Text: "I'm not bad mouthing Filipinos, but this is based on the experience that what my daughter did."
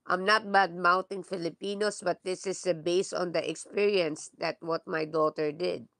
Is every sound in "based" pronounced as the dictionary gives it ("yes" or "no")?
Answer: no